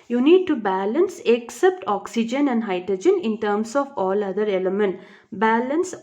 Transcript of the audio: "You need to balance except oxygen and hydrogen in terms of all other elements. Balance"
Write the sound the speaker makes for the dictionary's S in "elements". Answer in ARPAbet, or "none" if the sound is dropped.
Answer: none